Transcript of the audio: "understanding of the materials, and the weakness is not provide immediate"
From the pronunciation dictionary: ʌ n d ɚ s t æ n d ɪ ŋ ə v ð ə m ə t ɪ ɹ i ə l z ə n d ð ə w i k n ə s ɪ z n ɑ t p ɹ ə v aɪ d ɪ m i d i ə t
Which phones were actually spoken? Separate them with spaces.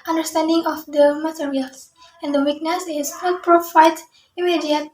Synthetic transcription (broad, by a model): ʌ n d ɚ s t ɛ n d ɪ ŋ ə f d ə m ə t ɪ ɹ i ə l s ə n d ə w i k n ə s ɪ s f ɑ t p ɹ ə f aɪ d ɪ m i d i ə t